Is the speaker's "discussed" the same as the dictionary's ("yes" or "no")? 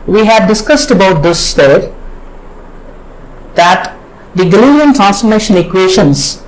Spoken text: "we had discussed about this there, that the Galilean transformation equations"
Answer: yes